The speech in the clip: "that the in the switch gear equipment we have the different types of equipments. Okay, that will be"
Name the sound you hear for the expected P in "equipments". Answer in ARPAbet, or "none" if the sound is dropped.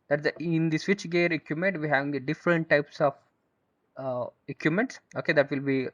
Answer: none